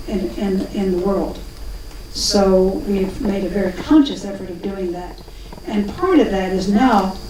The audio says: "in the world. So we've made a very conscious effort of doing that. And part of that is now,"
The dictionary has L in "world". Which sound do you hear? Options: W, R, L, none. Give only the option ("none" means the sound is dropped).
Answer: L